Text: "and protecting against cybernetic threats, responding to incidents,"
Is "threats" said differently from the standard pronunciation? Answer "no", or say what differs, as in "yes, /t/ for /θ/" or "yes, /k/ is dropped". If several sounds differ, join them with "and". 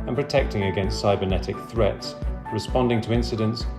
no